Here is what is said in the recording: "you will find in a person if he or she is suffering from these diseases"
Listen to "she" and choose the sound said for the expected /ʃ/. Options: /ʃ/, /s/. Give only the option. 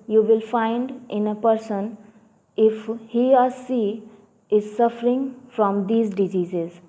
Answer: /s/